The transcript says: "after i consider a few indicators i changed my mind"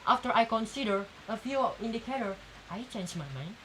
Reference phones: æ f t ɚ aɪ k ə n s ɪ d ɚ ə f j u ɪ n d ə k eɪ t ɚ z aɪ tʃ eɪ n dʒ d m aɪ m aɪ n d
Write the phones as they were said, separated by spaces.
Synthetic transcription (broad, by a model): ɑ f t ɚ aɪ k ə n s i d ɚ ə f j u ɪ n d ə k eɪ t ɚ aɪ tʃ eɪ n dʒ m aɪ m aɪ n